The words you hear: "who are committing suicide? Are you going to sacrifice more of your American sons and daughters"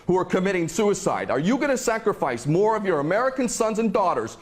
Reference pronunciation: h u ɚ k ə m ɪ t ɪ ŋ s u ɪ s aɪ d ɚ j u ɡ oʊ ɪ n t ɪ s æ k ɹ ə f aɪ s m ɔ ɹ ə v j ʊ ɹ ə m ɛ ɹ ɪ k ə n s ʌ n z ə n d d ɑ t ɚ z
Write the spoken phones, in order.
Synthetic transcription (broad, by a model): h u ɚ k ə m ɪ t ɪ ŋ s u ɪ s aɪ d ɚ j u ɡ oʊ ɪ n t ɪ s æ k ɹ ə f aɪ s m ɔ ɹ ə v j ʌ ɹ ə m ɛ ɹ ɪ k ə n s ʌ n z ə n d d ɑ t ɚ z